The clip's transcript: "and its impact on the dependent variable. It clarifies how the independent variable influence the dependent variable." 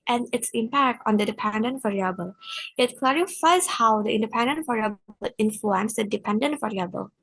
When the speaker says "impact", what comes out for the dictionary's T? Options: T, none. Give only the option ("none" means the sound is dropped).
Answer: T